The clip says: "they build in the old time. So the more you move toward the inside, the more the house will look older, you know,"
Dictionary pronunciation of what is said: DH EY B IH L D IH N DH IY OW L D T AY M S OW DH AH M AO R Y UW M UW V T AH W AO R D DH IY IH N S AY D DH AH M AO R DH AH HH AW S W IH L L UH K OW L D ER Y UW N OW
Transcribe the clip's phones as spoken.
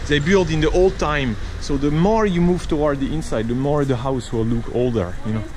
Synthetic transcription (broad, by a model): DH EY B IH L D IH N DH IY OW L D T AY M S OW DH AH M AO R Y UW M UW V T AH W AO R D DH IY IH N S AY D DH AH M AO R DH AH HH AW S W IH L L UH K OW L D ER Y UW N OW